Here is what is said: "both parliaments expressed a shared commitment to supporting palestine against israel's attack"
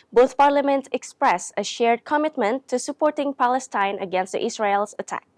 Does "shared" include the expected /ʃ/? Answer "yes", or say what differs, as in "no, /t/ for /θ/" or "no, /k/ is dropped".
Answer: yes